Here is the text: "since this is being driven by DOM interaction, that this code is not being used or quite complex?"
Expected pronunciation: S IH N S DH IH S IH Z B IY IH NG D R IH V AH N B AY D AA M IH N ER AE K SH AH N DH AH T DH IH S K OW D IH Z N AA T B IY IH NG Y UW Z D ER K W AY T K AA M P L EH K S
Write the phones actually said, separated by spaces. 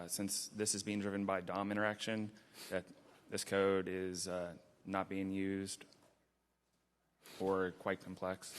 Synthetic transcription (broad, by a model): S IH N S DH IH S IH Z B IY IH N D R IH V AH N B AY D AA M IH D ER AE K SH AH N DH AH T DH IH S K OW D IH Z N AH T B IY IH NG Y UW Z D ER K W AY T K M P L EH K S